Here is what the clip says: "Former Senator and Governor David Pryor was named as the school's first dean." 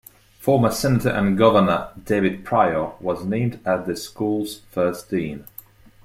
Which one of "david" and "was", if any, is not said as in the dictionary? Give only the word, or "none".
none